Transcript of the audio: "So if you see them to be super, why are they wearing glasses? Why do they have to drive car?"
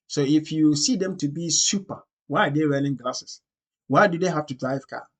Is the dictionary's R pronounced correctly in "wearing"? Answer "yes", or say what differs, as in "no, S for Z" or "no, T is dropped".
no, L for R